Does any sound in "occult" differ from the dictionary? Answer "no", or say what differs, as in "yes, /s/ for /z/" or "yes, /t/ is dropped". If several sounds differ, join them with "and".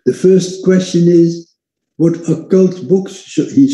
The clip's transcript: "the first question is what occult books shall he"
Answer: no